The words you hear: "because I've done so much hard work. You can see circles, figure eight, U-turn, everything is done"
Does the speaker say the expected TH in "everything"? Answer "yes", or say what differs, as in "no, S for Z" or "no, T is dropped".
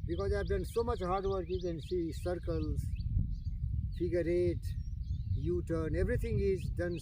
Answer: no, T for TH